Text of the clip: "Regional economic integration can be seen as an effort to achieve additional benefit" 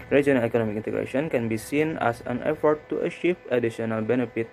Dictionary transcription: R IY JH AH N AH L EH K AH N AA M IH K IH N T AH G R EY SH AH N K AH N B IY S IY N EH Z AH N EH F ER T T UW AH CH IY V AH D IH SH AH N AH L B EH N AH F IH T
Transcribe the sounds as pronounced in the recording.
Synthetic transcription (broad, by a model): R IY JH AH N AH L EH K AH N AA M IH K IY N T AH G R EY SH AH N K AH N B IY S IY N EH S AH N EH F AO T T UW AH SH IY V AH D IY S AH N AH L B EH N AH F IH T